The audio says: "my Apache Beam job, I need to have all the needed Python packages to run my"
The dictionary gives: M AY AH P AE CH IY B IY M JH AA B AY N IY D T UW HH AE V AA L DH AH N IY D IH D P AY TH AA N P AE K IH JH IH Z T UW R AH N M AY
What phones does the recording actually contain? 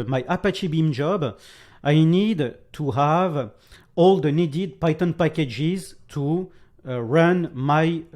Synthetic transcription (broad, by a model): M AY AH P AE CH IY B IY M JH AA B AY N IY D T UW HH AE V AA L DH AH N IY D IH D P AY T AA N P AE K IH JH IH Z T UW R AH N M AY